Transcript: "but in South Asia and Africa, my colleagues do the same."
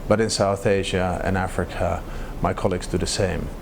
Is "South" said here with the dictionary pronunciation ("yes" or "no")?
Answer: yes